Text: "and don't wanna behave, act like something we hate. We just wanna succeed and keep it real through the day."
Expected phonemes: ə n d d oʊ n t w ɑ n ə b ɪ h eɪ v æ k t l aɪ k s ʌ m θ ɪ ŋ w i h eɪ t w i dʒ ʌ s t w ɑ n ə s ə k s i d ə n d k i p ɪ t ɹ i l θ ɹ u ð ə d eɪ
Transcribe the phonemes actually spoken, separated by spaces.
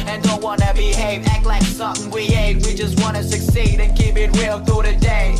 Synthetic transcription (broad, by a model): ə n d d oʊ n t w ɑ n ə b ɪ h eɪ v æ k l aɪ k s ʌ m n w i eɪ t w i dʒ ʌ s t w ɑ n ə s ə k s i d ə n k i p ɪ t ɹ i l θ u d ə d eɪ